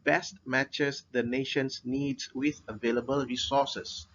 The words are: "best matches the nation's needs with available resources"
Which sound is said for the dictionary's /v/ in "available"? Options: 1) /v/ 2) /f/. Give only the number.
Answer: 1